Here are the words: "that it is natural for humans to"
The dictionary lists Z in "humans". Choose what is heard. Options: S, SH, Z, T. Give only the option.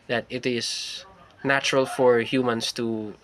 S